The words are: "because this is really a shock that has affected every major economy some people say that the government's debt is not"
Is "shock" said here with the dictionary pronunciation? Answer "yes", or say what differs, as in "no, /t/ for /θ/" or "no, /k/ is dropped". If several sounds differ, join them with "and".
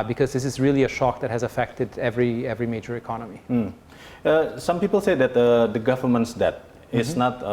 yes